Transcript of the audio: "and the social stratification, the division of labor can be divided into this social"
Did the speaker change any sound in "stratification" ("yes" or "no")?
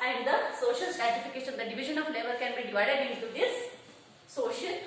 yes